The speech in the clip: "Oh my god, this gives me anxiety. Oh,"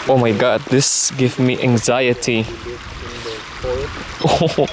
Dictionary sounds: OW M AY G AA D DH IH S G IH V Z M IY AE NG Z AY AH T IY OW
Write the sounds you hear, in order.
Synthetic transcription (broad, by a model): OW M AY G AA D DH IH S G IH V M IY AE NG Z AY AH T IY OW